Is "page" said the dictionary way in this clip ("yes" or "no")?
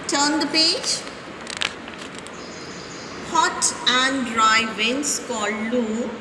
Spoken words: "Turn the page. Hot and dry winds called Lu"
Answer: yes